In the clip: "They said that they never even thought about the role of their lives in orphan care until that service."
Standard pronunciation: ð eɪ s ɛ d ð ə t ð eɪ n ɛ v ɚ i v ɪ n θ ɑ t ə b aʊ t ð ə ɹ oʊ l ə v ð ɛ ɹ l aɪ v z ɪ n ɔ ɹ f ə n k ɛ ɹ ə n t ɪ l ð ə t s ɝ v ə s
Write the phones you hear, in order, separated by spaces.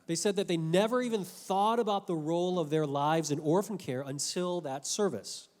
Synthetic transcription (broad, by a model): ð eɪ s ɛ d ð ə t ð eɪ n ɛ v ɚ i v ɪ n θ ɑ t ə b aʊ t ð ə ɹ oʊ l ə v ð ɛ ɹ l aɪ v z ɪ n ɔ ɹ f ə n k ɛ ɹ ə n t ɪ l ð ə t s ɝ v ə s